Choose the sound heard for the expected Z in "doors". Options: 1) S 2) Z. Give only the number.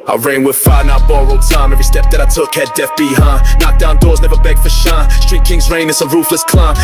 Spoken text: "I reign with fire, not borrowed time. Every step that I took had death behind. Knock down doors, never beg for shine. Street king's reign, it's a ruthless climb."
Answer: 2